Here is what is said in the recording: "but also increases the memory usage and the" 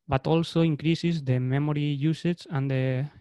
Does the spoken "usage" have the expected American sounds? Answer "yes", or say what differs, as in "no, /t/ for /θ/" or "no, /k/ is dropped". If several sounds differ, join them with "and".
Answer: no, /tʃ/ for /dʒ/